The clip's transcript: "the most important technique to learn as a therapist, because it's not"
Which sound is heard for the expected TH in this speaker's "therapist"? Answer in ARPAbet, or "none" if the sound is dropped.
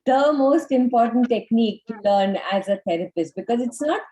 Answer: T